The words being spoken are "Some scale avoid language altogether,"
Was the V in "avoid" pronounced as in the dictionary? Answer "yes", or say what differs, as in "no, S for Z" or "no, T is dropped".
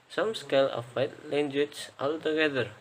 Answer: no, F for V